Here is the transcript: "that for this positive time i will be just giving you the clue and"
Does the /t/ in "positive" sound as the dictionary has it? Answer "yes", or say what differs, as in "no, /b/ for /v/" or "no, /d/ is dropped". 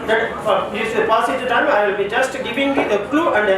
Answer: no, /s/ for /t/